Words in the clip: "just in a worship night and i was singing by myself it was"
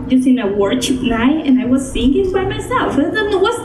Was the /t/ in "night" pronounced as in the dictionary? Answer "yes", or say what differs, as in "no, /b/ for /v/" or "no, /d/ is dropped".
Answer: no, /t/ is dropped